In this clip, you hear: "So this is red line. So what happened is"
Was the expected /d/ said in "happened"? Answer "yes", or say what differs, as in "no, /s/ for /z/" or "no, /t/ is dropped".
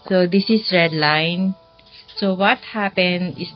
no, /d/ is dropped